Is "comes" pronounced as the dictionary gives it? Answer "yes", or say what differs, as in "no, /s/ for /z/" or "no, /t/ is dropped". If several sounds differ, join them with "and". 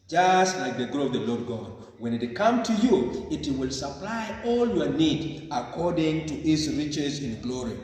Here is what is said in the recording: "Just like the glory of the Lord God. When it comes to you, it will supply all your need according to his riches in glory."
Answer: no, /z/ is dropped